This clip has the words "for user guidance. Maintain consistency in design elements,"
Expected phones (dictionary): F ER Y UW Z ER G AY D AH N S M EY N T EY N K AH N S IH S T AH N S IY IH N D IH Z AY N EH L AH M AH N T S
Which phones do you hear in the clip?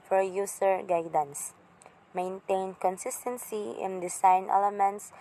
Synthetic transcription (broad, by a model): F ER Y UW S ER G AY D AH N S M EY N T EY N K AH N S IH S T AH N S IY IH N D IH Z AY N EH L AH M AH N T S